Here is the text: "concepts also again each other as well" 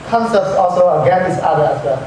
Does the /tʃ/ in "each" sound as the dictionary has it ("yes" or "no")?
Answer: no